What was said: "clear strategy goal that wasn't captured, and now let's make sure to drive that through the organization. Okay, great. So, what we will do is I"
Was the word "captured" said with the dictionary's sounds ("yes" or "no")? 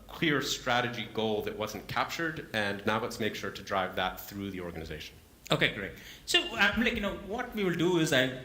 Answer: yes